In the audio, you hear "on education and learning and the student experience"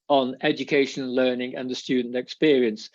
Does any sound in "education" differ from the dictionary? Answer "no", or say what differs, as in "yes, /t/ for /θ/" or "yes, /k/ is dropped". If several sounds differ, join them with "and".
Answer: yes, /ʃ/ is dropped